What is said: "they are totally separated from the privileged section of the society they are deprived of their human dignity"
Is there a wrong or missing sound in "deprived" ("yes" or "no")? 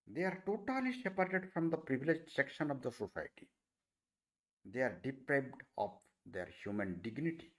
yes